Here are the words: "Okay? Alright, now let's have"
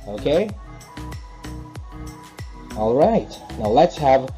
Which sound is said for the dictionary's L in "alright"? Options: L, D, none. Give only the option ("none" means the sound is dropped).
L